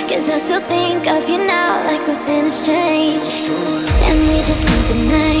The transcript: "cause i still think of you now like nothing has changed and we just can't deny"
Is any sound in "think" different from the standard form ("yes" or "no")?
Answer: no